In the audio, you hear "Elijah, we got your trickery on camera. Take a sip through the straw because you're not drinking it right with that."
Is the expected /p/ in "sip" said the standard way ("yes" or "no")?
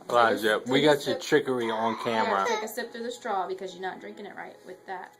yes